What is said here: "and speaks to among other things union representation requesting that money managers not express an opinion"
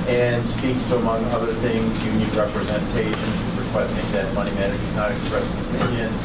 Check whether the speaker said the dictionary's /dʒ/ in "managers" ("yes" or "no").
no